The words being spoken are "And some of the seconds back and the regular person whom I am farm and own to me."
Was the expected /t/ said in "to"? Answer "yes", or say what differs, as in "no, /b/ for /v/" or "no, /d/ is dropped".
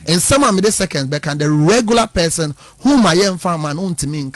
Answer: yes